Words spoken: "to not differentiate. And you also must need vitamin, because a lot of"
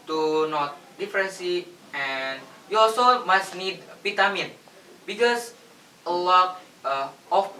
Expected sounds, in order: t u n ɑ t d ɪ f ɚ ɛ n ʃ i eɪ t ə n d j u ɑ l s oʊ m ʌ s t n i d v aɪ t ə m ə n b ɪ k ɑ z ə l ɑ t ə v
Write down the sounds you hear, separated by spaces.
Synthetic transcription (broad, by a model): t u n ɑ t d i f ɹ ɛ n s i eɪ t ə n j u ɑ l s oʊ m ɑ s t n i d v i t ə m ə n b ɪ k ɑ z ə l ɑ t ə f